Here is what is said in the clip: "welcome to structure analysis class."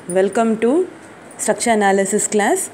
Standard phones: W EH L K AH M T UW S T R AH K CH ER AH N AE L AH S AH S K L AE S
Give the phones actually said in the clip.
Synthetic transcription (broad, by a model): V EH L K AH M T UW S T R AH K SH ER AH N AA L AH S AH S K L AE S